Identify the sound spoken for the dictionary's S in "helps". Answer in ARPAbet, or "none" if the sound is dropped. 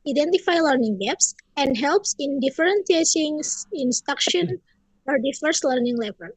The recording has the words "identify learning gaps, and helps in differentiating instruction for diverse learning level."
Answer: S